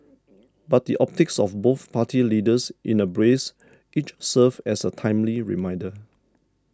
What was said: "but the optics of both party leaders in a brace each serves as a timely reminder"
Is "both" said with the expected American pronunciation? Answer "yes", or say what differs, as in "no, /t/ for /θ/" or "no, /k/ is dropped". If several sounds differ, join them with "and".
yes